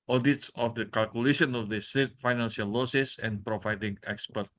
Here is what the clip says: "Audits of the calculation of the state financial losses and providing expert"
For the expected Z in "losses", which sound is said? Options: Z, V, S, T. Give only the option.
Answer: S